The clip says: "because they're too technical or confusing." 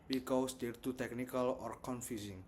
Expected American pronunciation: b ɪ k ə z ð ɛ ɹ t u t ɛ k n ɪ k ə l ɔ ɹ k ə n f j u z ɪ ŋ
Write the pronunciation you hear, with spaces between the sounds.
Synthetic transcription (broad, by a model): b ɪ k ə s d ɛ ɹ t u t ɛ k n ɪ k ə l ɔ ɹ k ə n f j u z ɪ ŋ